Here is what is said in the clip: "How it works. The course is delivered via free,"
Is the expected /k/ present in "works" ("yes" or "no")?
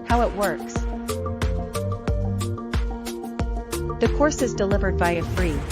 yes